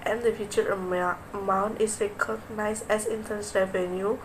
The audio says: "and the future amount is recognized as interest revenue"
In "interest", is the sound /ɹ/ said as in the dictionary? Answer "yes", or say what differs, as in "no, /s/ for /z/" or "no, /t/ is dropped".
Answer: no, /ɹ/ is dropped